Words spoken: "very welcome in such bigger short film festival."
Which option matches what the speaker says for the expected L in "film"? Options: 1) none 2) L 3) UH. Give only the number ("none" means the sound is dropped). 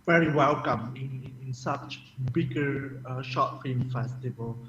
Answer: 1